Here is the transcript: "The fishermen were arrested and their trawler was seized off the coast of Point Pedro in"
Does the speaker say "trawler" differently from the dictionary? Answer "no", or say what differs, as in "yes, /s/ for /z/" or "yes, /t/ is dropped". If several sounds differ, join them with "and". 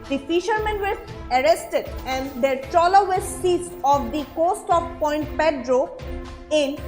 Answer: yes, /ɹ/ is dropped